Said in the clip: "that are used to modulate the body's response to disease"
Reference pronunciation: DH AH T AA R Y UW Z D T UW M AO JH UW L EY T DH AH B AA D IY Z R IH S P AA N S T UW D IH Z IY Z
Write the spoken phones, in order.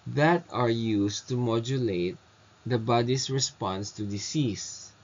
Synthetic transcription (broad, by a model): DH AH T AA R Y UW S T UW M AO JH UW L EY T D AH B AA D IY S R IH S P AA N S T UW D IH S IY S